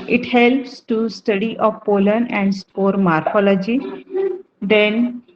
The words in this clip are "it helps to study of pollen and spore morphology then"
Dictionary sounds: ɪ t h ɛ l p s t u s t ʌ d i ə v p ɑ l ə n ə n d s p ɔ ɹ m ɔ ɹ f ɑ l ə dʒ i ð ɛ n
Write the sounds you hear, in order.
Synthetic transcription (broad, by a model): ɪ t h ɛ l p s t u s t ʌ d i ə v p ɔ l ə n ə n d s p ɔ ɹ m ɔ ɹ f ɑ l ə dʒ i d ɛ n